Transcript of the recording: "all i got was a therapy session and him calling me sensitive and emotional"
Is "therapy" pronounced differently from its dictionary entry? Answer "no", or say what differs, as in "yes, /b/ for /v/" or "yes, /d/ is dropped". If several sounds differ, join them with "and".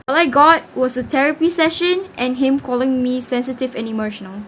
yes, /t/ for /θ/